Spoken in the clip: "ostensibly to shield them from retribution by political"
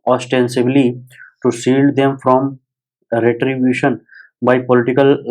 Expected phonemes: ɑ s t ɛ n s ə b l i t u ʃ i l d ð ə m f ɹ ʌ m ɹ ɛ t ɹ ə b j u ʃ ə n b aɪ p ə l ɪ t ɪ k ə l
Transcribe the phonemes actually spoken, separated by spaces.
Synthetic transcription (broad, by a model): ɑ s t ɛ n s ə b l i t u s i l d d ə m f ɹ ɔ m ɹ ɛ t ɹ ə b j u ʃ ə n b aɪ p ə l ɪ t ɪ k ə l